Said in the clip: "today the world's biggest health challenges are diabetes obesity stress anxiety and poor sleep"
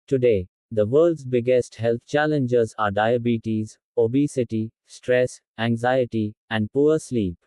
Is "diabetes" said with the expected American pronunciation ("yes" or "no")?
yes